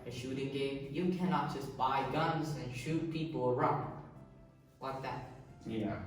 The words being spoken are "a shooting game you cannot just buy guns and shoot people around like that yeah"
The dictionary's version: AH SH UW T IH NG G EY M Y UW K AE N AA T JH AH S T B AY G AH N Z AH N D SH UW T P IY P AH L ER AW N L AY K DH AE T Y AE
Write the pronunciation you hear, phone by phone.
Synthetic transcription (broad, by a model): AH SH UW T IH NG G EY M Y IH K AE N AA T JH AH S B AY G AH N Z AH N SH UW T P IY P L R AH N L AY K DH AE T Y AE